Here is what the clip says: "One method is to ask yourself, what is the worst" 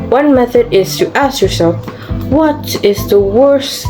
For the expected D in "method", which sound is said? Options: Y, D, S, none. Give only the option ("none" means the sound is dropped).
D